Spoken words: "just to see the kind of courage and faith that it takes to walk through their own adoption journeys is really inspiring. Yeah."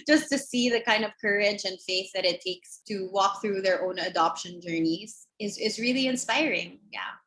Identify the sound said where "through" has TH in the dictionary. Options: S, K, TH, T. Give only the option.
TH